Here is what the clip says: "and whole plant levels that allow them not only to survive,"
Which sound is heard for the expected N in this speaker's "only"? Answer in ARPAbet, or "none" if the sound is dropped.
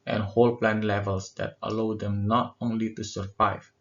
N